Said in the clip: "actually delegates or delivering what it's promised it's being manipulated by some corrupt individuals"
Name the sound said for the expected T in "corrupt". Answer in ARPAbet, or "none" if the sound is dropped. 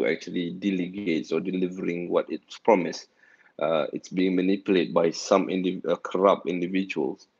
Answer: none